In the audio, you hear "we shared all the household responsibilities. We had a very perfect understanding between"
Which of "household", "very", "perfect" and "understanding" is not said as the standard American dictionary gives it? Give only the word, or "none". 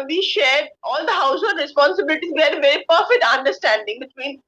household